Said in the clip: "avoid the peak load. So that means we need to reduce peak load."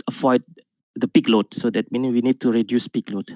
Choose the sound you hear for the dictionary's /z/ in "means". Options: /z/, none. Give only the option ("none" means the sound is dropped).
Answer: none